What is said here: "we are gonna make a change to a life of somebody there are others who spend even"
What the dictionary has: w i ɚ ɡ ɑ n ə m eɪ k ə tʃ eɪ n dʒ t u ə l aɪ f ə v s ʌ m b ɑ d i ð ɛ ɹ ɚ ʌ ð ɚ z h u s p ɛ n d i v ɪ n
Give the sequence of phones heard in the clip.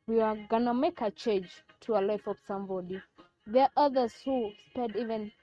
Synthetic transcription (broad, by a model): w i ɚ ɡ ɑ n ə m eɪ k ə tʃ eɪ n dʒ t u ə l aɪ f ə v s ʌ m b ɑ d i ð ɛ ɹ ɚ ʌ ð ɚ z h u s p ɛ d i v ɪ n